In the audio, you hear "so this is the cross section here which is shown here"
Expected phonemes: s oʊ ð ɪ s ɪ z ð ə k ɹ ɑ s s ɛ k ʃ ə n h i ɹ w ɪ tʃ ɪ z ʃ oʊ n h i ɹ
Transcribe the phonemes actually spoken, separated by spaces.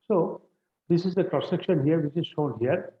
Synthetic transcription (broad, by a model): s oʊ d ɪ s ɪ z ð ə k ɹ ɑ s s ɛ k ʃ ə n h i ɹ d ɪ s ɪ z ʃ oʊ n h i ɹ